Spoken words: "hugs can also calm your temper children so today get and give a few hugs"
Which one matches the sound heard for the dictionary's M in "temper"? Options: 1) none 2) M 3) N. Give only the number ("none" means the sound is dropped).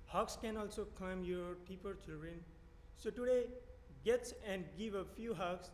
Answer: 1